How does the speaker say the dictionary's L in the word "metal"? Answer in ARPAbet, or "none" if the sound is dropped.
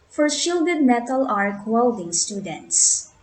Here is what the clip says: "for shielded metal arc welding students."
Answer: L